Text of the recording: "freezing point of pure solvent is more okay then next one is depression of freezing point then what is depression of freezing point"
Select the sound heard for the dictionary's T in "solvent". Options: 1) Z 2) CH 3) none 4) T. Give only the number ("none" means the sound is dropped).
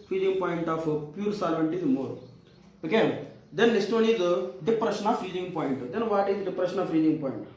4